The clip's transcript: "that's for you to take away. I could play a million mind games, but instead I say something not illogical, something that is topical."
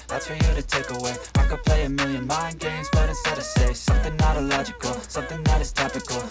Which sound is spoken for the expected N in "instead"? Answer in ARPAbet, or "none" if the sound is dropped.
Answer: none